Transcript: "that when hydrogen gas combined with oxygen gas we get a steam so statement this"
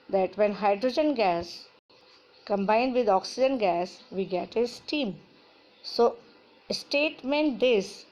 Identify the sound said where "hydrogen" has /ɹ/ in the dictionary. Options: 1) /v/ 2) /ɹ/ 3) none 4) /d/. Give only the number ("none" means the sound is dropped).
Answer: 2